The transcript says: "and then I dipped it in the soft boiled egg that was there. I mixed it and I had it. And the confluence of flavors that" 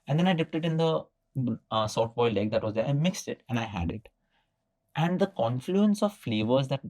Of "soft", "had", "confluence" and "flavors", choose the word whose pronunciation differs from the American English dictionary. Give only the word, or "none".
soft